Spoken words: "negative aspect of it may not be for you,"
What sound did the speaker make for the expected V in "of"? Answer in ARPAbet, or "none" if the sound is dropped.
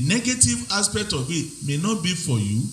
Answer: B